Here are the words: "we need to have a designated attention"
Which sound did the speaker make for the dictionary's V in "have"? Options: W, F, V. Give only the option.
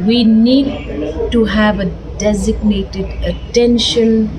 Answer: V